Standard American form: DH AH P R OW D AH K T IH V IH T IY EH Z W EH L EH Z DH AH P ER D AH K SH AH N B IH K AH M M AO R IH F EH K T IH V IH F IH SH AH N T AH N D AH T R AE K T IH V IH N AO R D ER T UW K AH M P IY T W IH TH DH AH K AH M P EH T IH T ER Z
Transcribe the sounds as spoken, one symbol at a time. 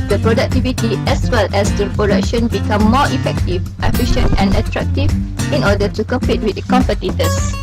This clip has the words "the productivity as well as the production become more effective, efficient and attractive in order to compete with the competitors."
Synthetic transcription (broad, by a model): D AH P R OW D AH K T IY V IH T IY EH S W EH L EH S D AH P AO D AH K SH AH N B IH K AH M M AO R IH F EH K T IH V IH F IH SH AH N T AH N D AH T R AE K T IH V IH N AO D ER T UW K AH M P IY T W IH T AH K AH M P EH T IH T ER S